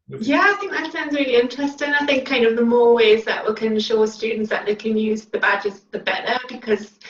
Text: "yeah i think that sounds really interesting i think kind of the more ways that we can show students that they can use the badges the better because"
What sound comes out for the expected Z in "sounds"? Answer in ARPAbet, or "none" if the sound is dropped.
Z